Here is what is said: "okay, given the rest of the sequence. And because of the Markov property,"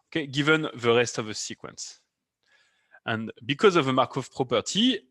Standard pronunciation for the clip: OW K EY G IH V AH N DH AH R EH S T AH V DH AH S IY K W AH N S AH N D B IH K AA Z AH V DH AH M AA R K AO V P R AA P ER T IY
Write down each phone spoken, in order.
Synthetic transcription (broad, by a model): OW K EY G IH V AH N DH AH R EH S T AH V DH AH S IY K W AH N S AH N B IH K AA Z AH V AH M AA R K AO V P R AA P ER T IY